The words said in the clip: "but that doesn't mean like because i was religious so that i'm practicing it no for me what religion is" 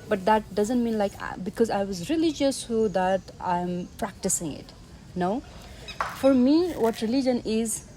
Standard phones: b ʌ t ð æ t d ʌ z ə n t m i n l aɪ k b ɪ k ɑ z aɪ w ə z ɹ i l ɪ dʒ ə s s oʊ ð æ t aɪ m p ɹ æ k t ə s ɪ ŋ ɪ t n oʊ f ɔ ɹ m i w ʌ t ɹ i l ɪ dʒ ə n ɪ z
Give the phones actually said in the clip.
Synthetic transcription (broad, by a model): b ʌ t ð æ t d ʌ z ə n t m i n l aɪ k b ɪ k ɑ z aɪ w ə z ɹ i l ɪ dʒ ə s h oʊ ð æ t aɪ m p ɹ æ k t ə s ɪ ŋ ɪ t n oʊ f ɔ ɹ m i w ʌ t ɹ i l ɪ dʒ ə n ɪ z